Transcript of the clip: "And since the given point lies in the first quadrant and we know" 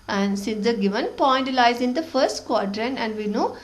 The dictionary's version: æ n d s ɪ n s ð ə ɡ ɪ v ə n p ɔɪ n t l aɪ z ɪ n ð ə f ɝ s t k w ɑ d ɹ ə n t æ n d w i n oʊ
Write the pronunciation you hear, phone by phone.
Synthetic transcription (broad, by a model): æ n d s ɪ n s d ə ɡ ɪ v ə n p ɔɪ n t l aɪ z ɪ n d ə f ɝ s t k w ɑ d ɹ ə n æ n d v i n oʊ